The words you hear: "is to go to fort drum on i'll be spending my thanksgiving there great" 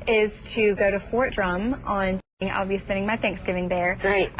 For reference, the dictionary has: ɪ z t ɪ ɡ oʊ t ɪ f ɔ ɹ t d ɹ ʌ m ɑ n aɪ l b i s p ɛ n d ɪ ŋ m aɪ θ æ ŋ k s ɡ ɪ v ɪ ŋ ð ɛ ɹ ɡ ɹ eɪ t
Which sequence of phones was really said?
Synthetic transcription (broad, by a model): ɪ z t ɪ ɡ oʊ t ɪ f ɔ ɹ t d ɹ ʌ m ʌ n aɪ l b i s p ɛ n d ɪ ŋ m aɪ θ æ ŋ k s ɡ ɪ v ɪ ŋ ð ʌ ɹ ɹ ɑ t